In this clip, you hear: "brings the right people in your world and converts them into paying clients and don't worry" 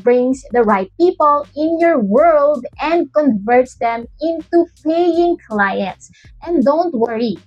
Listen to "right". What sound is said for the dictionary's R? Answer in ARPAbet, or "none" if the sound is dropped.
R